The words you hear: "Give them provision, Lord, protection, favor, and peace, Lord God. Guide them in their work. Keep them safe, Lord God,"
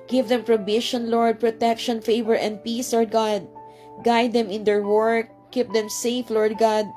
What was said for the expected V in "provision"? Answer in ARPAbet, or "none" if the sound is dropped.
B